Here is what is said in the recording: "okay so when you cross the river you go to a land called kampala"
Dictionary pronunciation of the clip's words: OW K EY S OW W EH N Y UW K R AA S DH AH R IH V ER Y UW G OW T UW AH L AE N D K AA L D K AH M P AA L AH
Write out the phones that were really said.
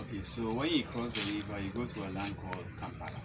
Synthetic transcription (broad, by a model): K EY S OW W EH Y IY K R AA S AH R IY B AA Y UW G OW T UW AH L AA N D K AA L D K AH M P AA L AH